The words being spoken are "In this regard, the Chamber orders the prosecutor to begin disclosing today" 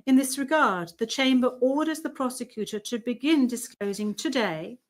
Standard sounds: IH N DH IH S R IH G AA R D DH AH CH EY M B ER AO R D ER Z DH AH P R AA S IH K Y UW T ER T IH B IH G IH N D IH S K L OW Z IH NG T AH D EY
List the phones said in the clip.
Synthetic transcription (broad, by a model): IH N DH IH S R IH G AA R D DH AH CH EY M B ER AO R D ER Z DH AH P R AA S IH K Y UW T ER T IH B IH G IH N D IH S K L OW Z IH NG T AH D EY